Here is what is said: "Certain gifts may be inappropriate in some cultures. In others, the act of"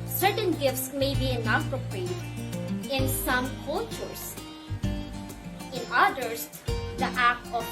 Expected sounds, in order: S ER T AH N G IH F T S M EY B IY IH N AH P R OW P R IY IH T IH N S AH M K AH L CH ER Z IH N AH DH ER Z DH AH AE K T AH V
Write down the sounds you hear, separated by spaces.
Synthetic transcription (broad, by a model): S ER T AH N G IH F T S M EY B IY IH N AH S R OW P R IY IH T IH N S AH M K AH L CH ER S IH N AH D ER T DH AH AE K T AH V